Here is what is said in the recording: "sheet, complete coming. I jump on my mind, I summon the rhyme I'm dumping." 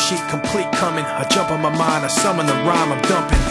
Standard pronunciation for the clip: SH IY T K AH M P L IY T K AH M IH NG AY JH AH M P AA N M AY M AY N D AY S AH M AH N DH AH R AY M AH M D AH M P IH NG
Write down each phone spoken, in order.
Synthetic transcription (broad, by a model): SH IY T K AH M P L IY T K AH M IH NG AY JH AH M P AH M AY M AY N AY S AH M AH N DH AH R AY M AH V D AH M P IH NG